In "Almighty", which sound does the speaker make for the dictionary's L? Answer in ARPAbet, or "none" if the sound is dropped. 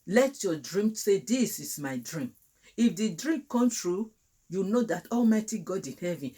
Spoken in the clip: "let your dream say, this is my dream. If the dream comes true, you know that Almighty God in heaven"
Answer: L